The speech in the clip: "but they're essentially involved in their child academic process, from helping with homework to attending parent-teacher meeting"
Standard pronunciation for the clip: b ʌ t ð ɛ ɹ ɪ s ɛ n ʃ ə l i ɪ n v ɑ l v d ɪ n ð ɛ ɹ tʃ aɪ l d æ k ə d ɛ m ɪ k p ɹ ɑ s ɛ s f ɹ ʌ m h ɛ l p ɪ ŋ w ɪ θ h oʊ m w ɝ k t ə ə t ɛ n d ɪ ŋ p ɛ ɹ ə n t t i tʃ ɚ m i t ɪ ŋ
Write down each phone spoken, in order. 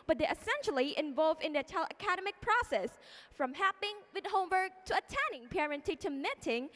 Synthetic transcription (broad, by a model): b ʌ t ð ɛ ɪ s ɛ n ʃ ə l i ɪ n v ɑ l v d ɪ n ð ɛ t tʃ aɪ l ʌ k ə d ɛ m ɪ k p ɹ ɑ s ɛ s f ɹ ʌ m h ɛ p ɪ ŋ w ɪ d h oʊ m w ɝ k t ə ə t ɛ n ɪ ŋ p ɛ ɹ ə n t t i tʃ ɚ m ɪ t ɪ ŋ